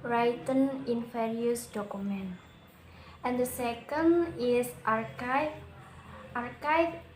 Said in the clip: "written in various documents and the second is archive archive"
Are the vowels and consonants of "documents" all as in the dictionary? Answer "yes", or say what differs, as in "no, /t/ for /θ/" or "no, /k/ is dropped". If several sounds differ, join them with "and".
no, /s/ is dropped